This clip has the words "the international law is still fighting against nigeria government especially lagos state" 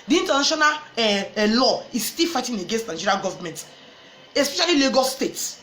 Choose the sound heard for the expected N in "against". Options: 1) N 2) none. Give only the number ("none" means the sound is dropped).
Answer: 1